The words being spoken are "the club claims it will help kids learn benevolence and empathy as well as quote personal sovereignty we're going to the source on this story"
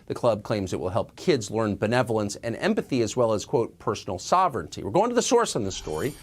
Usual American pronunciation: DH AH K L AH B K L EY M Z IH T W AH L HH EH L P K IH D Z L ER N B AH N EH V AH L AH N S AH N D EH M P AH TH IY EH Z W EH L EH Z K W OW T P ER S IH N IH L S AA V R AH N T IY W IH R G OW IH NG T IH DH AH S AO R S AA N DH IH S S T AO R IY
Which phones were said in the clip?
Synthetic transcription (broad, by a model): DH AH K L AH B K L EY M Z IH T W AH L HH EH L P K IH D Z L ER N B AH N EH V L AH N S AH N EH M P AH TH IY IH Z W EH L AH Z K W OW T P ER S N L S AA V R AH N T IY W IH R G OW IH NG T IH DH AH S AO R S N DH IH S S T AO R IY